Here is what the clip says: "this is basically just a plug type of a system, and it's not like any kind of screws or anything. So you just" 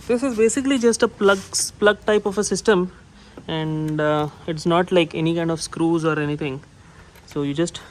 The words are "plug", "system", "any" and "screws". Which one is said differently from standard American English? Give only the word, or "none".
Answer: none